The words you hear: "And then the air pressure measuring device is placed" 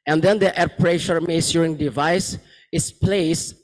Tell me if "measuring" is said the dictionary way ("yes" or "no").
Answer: no